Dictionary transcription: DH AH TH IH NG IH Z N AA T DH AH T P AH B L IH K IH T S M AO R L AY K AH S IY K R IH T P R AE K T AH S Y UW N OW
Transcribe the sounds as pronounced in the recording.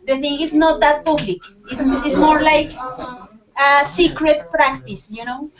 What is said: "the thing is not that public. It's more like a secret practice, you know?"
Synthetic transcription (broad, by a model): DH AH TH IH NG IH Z N AA T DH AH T P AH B L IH K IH S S M AO R L AY K AH S IY K R IH T P R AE K T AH S Y UW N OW